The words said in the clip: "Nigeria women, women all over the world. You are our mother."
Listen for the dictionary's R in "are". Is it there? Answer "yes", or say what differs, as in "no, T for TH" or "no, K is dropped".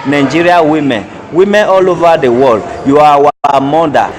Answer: no, W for R